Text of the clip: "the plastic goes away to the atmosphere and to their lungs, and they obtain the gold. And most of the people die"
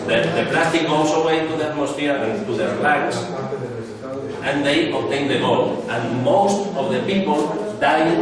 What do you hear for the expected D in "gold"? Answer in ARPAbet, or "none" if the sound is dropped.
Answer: none